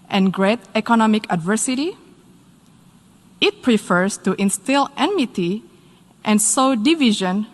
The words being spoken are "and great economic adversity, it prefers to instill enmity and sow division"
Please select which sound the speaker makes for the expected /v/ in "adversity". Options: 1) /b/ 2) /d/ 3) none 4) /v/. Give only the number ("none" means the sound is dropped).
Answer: 4